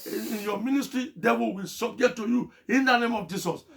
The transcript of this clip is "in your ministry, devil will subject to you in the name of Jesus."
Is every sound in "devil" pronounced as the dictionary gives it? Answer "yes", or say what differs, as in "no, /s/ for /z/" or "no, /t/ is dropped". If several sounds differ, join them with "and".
no, /w/ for /v/